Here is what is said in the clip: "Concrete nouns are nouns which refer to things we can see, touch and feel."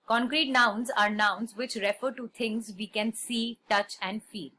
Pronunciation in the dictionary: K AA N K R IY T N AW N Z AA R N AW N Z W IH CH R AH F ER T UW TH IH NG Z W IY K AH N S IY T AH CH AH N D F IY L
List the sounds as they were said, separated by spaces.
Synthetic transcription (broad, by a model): K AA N K R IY T N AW N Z AA R N AW N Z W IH CH R AH F ER T UW T IH NG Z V IY K AH N S IY T AH CH AH N D F IY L